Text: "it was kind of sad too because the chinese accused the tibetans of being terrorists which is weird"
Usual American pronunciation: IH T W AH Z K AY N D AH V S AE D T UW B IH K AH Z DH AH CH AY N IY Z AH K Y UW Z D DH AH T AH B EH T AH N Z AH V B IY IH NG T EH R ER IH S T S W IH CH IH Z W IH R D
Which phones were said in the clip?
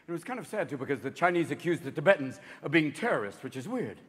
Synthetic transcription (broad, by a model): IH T W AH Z K AY N D AH V S AE D T UW B IH K AH Z DH AH CH AY N IY Z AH K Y UW Z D DH AH T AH B EH T N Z AH V B IY IH NG T EH R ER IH S T W IH CH IH Z W IH R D